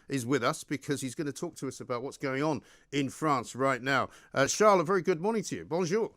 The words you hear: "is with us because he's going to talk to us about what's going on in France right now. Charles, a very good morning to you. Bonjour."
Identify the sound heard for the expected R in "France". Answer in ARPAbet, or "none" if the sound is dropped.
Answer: R